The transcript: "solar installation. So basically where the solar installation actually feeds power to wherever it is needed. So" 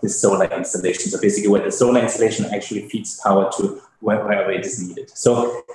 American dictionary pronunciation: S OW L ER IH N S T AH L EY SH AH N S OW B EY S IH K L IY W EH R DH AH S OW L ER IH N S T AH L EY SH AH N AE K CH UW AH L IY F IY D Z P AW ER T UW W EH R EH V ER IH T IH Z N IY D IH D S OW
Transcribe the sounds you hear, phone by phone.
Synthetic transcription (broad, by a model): S OW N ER IH N S T AH L EY SH AH N S OW B EY S IH K L IY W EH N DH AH S OW N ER IH N S T AH L EY SH AH N AE K CH UW AH L IY P IY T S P AW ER T UW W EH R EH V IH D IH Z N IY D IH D S OW